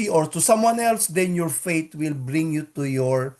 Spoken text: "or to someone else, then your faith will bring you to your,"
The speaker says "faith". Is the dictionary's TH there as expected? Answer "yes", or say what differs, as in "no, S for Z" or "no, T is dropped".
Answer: no, T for TH